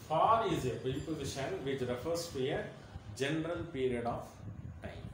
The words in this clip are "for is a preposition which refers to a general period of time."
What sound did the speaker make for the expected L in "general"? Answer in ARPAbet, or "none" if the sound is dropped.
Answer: L